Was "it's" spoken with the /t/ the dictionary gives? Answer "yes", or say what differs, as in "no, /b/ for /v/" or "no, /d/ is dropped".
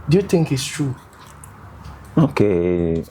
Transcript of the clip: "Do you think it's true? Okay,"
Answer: yes